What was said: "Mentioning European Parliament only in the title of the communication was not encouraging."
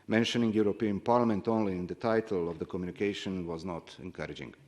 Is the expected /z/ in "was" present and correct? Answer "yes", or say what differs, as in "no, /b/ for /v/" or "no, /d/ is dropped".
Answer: yes